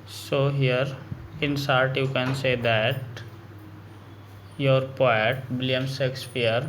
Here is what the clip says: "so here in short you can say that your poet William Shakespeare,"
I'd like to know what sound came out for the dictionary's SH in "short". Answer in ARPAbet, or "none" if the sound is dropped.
S